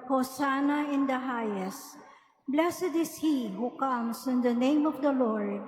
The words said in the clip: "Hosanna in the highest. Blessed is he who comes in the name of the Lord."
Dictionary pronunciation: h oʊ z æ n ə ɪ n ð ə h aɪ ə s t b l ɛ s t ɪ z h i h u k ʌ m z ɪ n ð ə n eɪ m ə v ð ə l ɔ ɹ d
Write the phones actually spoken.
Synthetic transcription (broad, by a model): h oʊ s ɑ n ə ɪ n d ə h aɪ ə s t b l ɛ s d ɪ s h i h u k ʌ m s ɪ n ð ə n eɪ m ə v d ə l ɔ ɹ d